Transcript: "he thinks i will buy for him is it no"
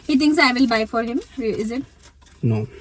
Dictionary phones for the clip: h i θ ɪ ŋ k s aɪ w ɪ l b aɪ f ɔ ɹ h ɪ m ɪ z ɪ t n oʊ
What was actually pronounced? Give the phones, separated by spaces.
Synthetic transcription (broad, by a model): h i t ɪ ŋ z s aɪ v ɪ l b aɪ f ɔ ɹ h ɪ m ɪ z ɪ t n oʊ